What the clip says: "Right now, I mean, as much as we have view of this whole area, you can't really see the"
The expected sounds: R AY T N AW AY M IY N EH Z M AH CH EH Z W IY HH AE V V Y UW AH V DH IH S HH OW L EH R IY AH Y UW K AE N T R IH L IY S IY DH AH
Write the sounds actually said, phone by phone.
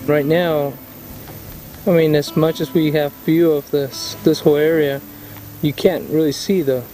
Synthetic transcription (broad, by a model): R AY T N AW AY M IY N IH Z M AH CH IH Z W IY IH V F Y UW AH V DH IH S HH OW L EH R IY AH Y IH K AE N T R IH L IY S IY DH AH